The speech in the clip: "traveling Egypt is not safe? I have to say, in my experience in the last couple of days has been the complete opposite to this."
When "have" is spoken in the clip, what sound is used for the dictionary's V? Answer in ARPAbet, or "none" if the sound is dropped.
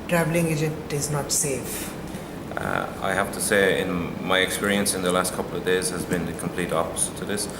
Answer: F